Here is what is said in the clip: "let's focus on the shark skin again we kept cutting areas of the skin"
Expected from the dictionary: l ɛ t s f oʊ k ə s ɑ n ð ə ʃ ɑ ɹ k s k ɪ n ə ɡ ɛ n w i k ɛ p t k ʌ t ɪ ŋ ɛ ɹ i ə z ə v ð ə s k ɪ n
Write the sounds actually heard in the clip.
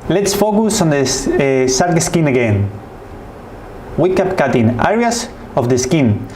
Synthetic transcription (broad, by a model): l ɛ t s f oʊ k ə s ɑ n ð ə s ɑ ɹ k s k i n ə ɡ ɛ n w i k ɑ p k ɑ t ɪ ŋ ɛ ɹ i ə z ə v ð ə s k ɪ n